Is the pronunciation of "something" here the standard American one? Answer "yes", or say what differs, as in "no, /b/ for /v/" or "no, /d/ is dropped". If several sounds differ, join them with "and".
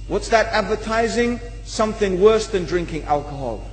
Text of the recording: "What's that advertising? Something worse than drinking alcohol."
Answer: yes